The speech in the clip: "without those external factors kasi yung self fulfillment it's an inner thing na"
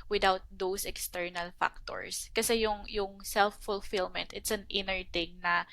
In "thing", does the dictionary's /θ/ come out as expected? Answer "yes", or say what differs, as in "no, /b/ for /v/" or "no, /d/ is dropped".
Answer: no, /t/ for /θ/